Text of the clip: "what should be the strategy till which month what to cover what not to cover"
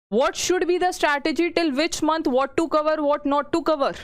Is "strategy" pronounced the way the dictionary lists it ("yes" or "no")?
yes